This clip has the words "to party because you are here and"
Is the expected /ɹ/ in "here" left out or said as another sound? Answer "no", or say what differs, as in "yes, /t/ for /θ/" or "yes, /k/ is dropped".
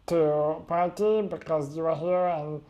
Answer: no